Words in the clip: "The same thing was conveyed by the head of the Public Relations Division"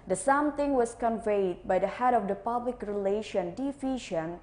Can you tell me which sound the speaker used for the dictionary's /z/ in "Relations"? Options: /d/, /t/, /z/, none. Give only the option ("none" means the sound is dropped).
none